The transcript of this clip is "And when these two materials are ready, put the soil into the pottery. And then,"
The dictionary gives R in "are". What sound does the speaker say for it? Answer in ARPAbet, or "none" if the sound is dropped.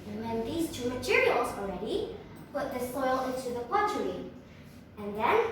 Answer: L